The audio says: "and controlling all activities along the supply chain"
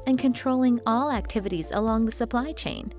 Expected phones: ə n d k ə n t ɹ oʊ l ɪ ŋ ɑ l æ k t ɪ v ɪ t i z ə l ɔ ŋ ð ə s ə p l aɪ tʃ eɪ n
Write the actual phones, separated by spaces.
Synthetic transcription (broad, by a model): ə n k ə n t ɹ oʊ l ɪ ŋ ɑ l æ k t ɪ v ɪ t i z ə l ɔ ŋ ð ə s ə p l aɪ tʃ eɪ n